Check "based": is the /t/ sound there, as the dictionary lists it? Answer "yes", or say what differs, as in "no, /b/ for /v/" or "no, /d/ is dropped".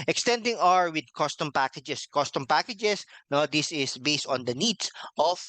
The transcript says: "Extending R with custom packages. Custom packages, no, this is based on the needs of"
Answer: yes